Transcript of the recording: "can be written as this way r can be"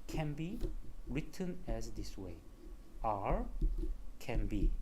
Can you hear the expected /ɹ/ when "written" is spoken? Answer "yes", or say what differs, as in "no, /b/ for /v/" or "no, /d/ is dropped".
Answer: yes